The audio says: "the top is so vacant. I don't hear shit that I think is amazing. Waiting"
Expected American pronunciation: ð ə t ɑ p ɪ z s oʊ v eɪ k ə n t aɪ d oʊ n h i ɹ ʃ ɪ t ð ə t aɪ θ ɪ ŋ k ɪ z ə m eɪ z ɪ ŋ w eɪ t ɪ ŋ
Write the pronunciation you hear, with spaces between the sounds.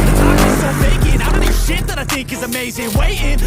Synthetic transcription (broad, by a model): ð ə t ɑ ɪ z s oʊ f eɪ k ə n aɪ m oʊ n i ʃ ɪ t ð ə t aɪ θ ɪ ŋ k ɪ z ə m eɪ z ɪ ŋ w eɪ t ɪ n